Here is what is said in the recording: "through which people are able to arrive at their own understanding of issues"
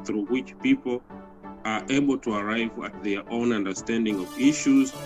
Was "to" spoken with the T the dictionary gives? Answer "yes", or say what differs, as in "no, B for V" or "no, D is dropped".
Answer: yes